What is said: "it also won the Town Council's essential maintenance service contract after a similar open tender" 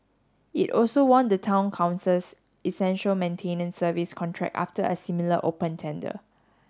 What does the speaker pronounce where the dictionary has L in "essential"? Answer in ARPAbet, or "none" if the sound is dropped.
L